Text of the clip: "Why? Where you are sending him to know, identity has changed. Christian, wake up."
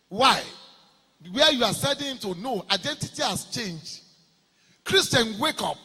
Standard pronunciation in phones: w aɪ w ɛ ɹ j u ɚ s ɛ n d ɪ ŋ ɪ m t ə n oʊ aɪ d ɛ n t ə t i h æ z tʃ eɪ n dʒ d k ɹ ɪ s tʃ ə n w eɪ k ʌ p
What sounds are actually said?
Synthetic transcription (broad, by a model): w aɪ w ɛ j u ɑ s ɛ d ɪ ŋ ɪ m t ə n oʊ aɪ d ɛ n t ə t i h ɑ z tʃ eɪ n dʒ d k ɹ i s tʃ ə n w eɪ k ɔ p